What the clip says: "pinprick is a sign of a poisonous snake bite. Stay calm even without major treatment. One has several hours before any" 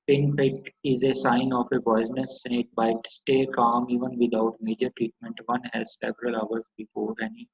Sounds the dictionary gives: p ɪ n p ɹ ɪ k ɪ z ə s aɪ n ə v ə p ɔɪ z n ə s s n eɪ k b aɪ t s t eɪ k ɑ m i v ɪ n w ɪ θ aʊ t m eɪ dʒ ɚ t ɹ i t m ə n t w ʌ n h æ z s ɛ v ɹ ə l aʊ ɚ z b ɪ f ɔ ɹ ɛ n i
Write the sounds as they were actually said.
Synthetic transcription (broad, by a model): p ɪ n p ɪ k ɪ z ə s aɪ n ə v ə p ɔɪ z n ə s s eɪ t b aɪ t s t eɪ k ɑ m i v ɪ n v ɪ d aʊ t m eɪ dʒ ɚ t ɹ i t m ə n t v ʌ n h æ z s ɛ v ɹ ə l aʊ ɚ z b ɪ f ɔ ɹ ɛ n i